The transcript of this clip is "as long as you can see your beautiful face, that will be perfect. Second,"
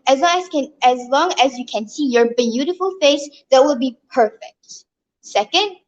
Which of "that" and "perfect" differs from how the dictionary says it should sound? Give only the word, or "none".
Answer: none